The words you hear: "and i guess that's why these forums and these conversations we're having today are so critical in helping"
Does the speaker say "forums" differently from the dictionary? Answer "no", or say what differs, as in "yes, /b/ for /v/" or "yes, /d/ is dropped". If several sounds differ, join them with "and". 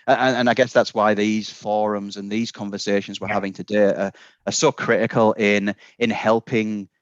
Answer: no